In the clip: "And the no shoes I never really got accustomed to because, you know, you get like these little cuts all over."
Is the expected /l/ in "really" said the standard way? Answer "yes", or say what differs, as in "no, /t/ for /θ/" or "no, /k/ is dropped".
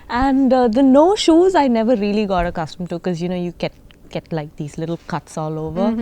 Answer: yes